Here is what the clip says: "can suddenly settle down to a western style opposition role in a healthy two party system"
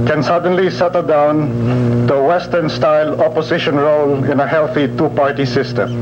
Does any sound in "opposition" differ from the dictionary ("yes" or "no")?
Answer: yes